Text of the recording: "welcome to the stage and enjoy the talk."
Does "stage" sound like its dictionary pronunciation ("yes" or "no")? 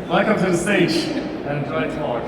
no